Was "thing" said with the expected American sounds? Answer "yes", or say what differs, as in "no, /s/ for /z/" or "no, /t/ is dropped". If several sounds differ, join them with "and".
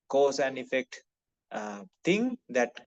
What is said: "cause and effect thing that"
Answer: no, /t/ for /θ/